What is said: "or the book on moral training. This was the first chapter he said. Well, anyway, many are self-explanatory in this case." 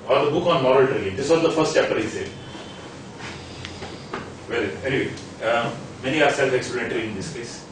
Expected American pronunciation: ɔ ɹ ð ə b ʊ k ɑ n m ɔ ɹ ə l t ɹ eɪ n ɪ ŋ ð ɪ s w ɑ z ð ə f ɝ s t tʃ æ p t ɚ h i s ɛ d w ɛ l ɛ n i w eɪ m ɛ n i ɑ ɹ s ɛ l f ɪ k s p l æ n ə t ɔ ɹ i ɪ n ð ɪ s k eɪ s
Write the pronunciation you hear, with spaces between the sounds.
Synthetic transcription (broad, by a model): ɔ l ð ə b ʊ k ɑ n m ɔ ɹ ə l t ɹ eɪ l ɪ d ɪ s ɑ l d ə f ɝ s t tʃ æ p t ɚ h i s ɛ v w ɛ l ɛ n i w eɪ m ɛ n i ɑ ɹ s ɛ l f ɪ k s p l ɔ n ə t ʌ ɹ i ɪ n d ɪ s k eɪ s